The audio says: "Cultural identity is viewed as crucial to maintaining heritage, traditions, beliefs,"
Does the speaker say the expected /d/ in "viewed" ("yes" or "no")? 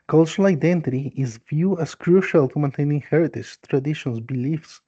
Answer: no